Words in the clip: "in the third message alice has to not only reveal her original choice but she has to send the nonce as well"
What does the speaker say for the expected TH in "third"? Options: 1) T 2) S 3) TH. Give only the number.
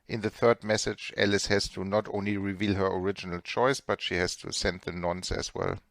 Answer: 3